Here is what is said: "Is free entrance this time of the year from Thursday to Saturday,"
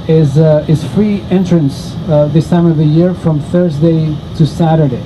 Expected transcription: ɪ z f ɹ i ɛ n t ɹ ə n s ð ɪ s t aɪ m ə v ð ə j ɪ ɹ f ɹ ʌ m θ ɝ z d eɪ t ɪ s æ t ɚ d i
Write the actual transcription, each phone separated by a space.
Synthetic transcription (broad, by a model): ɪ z f ɹ i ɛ n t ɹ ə n s ð ɪ s t aɪ m ə v ð ə j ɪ ɹ f ɹ ʌ m θ ɝ z d eɪ t ɪ s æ t ɚ d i